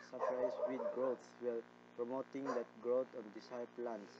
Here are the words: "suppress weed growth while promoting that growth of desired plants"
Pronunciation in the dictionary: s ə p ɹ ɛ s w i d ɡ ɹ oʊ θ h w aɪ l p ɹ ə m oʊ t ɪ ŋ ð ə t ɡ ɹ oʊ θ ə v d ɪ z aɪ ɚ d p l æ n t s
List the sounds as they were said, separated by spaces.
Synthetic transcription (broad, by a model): s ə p ɹ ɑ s w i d ɡ ɹ oʊ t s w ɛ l p ɹ ə m oʊ t ɪ ŋ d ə t ɡ ɹ oʊ t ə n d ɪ s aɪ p l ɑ n s